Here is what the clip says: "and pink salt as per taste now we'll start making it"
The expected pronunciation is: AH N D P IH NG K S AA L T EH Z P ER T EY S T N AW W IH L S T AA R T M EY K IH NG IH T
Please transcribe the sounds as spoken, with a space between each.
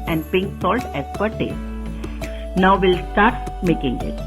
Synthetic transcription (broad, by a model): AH N D P IH NG K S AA L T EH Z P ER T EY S N AW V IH L S T AA R T M EY K IH NG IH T